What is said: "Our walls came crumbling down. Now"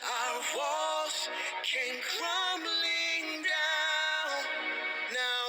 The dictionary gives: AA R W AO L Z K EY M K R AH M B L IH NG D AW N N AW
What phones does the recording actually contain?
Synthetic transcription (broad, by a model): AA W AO Z K EY M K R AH M B L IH NG D AW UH N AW